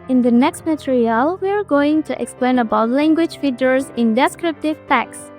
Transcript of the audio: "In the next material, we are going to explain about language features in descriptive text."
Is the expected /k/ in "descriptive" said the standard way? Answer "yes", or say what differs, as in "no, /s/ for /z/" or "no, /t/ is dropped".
yes